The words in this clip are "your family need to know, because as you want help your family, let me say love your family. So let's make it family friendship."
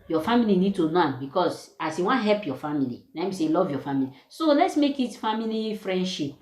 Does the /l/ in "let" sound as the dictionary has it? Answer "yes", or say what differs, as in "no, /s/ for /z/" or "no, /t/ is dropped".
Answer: no, /n/ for /l/